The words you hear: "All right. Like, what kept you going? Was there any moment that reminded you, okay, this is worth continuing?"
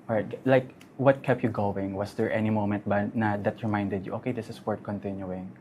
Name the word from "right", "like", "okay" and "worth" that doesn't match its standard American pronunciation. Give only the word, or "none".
worth